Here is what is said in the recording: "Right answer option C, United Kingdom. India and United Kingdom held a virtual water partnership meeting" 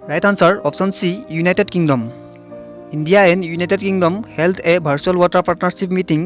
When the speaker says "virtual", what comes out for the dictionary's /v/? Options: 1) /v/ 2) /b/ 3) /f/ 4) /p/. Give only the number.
2